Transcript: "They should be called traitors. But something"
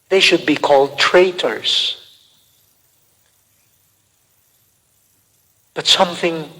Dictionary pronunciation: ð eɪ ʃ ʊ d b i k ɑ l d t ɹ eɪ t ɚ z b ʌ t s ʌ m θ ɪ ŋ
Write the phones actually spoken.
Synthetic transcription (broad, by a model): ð eɪ ʃ ʊ d b i k ɑ l d t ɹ eɪ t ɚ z b ʌ t s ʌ m θ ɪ ŋ